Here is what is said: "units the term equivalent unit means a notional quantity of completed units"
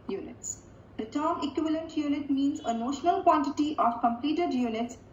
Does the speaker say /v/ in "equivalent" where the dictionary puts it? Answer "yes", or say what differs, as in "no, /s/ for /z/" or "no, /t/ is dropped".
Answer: yes